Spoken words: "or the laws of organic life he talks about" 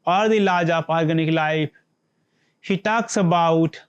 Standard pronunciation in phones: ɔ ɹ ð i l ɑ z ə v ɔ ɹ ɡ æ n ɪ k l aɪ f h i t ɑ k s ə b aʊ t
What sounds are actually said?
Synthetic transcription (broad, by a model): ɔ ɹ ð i l ɑ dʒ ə p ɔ ɹ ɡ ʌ n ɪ k l aɪ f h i t ɑ k s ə b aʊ t